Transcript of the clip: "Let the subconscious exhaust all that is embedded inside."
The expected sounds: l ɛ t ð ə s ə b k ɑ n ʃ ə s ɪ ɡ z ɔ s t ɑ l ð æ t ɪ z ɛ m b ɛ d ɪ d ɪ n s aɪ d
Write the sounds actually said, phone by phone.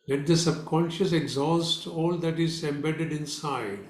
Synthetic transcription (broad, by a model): l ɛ t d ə s ə b k ɑ n ʃ ə s ɪ ɡ z ɔ s t ɑ l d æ t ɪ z ɛ m b ɛ d ɪ d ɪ n s aɪ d